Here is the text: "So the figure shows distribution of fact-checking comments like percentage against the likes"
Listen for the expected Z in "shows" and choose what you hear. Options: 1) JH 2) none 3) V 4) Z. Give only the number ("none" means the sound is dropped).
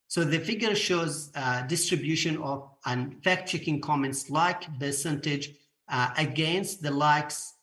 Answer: 4